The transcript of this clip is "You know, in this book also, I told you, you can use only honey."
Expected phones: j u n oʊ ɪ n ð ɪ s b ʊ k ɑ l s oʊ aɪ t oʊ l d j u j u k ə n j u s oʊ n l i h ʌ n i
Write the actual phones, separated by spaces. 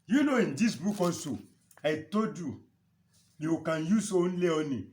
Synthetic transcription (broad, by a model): j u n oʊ ɪ n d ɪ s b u k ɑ s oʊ aɪ t oʊ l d j u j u k ə n j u s oʊ n l i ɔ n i